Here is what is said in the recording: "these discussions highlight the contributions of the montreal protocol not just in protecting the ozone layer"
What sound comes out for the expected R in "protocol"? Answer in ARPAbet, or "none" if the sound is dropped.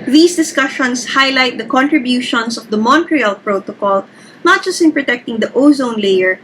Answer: R